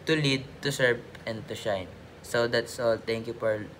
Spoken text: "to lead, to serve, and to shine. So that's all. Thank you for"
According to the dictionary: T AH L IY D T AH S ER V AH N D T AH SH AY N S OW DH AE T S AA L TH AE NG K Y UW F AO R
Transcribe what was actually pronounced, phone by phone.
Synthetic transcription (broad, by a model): T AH L IY D T AH S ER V AH N D T AH SH AY N S OW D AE T S AA L T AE NG K Y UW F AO R